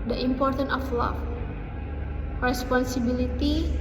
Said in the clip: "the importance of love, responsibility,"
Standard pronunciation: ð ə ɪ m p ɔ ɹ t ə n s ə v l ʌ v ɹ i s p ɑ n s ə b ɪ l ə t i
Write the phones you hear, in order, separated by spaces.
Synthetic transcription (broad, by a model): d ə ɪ m p ɔ ɹ t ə n ə f l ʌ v ɹ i s p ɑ n s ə b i l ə t i